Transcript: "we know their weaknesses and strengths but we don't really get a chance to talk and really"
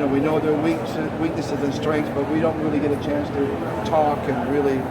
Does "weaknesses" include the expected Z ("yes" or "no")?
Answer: yes